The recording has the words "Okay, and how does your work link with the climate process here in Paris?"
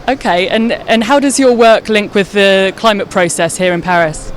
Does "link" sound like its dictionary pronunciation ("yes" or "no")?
yes